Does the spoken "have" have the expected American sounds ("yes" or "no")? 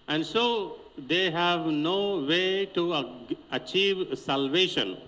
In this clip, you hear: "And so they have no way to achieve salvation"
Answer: yes